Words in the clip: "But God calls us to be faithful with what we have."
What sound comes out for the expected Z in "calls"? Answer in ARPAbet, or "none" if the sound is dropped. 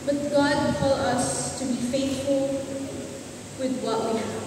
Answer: none